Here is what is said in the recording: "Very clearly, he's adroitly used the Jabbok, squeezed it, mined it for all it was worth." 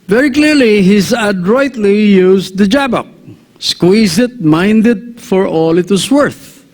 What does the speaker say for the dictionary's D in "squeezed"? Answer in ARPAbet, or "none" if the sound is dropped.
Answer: none